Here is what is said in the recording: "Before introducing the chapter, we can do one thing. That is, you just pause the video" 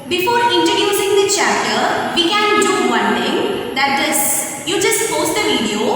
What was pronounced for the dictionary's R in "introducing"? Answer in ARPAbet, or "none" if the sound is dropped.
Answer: none